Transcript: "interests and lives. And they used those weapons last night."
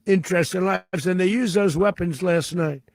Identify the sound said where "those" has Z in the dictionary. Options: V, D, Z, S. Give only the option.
Z